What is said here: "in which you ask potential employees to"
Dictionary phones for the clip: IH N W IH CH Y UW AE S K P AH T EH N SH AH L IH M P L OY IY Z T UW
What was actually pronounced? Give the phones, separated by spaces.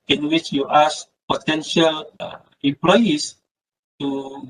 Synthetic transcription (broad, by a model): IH N W IH CH Y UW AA S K P AH T EH N SH AH L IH M P L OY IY S T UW